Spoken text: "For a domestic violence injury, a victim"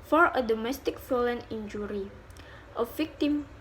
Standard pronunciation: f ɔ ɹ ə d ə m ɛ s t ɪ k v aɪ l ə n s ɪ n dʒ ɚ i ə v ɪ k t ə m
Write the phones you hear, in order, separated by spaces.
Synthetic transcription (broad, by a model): f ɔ ɹ ə d ə m ɛ s t ɪ k f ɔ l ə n ɪ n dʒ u i ə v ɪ k t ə m